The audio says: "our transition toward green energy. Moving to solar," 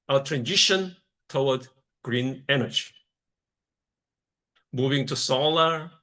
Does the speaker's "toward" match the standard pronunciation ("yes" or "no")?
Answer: no